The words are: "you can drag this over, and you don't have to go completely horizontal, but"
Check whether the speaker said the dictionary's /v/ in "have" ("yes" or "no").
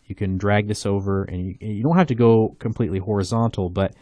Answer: no